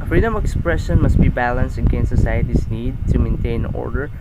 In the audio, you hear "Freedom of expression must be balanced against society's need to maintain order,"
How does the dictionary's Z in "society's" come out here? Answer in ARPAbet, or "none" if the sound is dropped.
S